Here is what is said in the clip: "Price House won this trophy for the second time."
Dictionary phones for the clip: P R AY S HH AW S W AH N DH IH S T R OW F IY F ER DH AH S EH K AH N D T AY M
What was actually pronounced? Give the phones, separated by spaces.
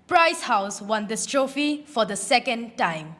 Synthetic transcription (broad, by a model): P R AY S HH AW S W AH N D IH S T R OW F IY F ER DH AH S EH K AH N D T AY M